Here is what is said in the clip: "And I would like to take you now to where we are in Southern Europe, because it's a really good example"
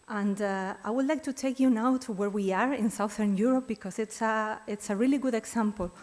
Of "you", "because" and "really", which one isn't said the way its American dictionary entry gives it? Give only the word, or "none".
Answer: because